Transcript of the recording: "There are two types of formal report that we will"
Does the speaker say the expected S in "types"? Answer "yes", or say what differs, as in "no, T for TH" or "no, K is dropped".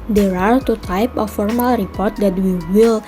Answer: no, S is dropped